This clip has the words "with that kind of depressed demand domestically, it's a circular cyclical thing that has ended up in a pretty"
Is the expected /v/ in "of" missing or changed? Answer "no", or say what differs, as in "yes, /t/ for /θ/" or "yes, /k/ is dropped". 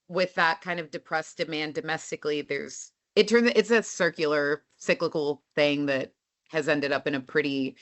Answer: no